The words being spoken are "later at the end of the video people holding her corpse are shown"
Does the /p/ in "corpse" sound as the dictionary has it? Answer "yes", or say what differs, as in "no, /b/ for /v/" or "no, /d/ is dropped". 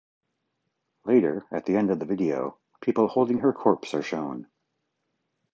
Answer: yes